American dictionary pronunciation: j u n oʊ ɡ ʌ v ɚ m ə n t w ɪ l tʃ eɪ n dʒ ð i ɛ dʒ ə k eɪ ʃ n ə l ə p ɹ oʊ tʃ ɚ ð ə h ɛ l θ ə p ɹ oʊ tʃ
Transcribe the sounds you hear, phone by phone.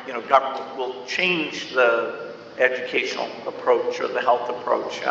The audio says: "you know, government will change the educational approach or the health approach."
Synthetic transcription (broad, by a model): j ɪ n oʊ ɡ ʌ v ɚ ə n w ɪ l tʃ eɪ n dʒ ð i ɛ dʒ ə k eɪ ʃ n l ə p ɹ oʊ tʃ ɚ ð ə h ɛ l θ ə p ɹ oʊ tʃ